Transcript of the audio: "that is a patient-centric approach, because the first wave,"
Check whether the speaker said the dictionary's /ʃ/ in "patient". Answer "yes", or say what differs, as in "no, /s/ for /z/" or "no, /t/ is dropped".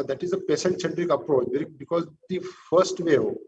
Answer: no, /s/ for /ʃ/